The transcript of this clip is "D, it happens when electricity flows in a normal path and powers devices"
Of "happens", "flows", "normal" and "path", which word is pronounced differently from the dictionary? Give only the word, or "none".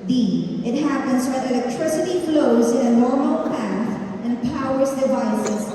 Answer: none